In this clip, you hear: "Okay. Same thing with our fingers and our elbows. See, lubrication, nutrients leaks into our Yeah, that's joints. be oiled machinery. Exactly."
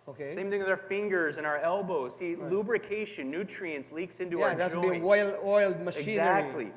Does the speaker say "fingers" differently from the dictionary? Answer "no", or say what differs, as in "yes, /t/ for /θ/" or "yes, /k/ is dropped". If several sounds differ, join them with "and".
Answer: no